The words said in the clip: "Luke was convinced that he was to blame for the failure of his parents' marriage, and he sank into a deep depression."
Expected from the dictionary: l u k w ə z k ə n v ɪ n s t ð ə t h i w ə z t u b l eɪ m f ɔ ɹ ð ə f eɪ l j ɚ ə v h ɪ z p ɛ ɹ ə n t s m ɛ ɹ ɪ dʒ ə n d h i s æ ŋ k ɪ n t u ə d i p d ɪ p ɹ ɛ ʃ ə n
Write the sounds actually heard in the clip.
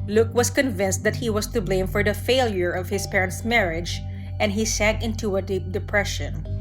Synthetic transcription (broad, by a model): l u k w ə s k ə n v ɪ n s t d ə t h i w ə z t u b l eɪ m f ɔ ɹ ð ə f eɪ l j ɚ ə v h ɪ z p ɛ ɹ ə n t s m ɛ ɹ ɪ dʒ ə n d h i s æ ŋ k ɪ n t u ə d i p d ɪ p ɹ ɛ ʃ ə n